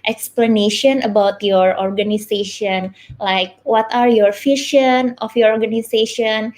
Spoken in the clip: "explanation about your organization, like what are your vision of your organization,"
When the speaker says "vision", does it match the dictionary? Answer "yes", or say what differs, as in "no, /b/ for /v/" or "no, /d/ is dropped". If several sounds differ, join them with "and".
no, /f/ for /v/ and /ʃ/ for /ʒ/